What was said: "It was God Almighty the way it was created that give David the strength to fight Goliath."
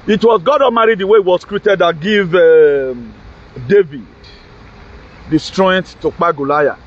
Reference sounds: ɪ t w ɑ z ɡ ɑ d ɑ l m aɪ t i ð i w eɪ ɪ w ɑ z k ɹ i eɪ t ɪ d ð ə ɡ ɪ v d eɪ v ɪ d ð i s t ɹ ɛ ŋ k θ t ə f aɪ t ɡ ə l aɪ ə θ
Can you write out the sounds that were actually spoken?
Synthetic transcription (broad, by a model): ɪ t w ɑ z ɡ ɑ d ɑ m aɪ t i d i w eɪ ɪ w ɑ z k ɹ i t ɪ d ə ɡ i v d eɪ v ɪ d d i s t ɹ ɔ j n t t ə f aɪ ɡ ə l aɪ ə